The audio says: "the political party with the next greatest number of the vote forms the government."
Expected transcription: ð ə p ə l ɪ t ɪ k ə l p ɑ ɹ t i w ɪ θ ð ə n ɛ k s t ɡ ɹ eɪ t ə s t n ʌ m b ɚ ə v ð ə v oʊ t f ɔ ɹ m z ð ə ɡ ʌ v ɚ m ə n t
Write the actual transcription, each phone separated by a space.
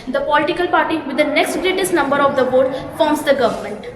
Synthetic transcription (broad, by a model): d ə p ə l ɪ t ɪ k ə l p ɑ ɹ t i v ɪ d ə n ɛ k s t ɡ ɹ eɪ t ə s t n ʌ m b ɚ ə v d ə b oʊ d f ɔ ɹ m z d ə ɡ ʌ v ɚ m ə n t